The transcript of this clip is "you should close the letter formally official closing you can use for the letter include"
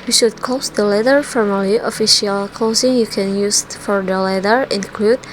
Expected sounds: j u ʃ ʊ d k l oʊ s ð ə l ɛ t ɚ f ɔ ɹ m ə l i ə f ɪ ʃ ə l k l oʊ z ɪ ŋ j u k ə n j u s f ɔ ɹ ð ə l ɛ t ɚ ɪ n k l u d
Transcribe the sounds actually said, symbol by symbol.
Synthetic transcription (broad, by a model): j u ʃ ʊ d k oʊ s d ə l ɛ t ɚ f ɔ ɹ m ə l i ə f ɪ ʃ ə l k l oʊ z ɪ ŋ j u k ə n j u s f ɔ ɹ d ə l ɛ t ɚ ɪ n k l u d